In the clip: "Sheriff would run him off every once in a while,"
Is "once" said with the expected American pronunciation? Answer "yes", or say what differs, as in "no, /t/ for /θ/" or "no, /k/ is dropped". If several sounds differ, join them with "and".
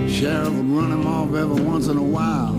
yes